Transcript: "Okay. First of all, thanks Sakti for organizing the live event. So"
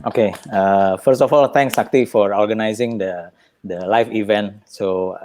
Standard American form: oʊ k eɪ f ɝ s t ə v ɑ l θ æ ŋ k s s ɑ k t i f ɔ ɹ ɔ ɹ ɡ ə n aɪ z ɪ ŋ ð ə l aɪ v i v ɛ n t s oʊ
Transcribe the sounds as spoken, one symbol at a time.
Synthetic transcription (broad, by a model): oʊ k eɪ f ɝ s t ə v ɑ l t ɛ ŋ k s s ɑ k t i f ɔ ɹ ɔ ɹ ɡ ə n aɪ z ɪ ŋ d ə l aɪ f i v ɛ n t s oʊ